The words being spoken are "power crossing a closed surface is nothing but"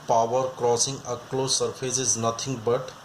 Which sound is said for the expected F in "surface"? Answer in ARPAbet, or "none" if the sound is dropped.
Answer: P